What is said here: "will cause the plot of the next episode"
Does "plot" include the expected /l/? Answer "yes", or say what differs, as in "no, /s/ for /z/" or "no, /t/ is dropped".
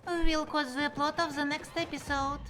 yes